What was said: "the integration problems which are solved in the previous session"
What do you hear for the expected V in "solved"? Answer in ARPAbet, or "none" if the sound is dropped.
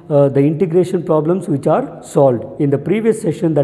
V